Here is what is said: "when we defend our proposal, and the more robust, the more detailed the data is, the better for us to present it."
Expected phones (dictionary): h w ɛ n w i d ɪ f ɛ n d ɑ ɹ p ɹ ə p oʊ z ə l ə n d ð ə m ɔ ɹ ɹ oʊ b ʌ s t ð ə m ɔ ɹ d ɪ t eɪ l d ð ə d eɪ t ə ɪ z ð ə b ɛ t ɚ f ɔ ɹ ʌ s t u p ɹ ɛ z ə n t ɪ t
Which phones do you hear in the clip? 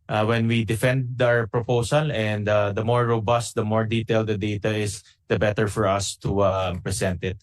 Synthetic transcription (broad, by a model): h w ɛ n w i d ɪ f ɛ n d ɑ ɹ p ɹ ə p oʊ s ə l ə n d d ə m ɔ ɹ ɹ oʊ b ʌ s t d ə m ɔ ɹ d ɪ t eɪ l d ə d eɪ t ə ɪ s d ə b ɛ t ɚ f ɔ ɹ ʌ s t u p ɹ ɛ s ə n t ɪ t